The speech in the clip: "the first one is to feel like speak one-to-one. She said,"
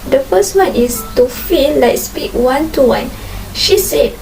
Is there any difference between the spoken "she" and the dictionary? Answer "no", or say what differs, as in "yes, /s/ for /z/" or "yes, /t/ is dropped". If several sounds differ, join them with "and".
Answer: no